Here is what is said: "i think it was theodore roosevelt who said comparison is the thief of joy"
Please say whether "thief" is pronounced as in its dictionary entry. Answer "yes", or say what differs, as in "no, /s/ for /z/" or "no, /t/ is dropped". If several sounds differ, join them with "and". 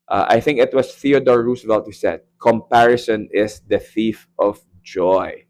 yes